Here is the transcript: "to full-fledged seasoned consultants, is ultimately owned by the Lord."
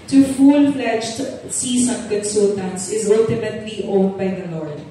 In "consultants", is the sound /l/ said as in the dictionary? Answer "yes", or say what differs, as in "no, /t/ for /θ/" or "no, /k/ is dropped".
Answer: no, /l/ is dropped